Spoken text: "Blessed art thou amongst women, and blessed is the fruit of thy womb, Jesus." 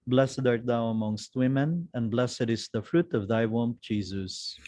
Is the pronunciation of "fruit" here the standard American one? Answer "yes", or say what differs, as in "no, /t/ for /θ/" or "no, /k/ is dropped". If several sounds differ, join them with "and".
yes